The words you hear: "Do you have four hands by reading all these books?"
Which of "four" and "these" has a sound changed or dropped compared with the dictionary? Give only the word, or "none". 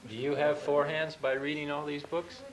none